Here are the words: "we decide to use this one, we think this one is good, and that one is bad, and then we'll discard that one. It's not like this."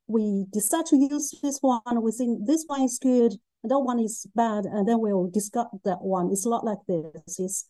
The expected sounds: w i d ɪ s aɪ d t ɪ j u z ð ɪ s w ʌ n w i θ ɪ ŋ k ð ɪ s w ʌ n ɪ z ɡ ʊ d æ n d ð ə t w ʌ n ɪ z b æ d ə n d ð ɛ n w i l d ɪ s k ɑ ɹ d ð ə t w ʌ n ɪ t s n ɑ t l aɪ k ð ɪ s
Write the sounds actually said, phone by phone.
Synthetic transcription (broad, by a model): w i d ɪ s aɪ d t ɪ j u z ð ɪ s w ʌ n w i s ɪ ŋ ð ɪ s w ʌ n ɪ z ɡ ʊ d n ð ə t w ʌ n ɪ z b æ d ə n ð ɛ n w i l d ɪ s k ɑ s ð ə t w ʌ n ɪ t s l ɑ t l aɪ k ð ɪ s